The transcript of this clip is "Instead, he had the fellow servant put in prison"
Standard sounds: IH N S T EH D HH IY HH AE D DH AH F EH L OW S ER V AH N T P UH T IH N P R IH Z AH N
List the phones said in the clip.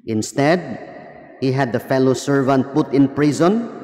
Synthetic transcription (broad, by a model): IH N S T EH D HH IY HH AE D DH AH F EH L OW S ER V AH N T P UH T IH N P R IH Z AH N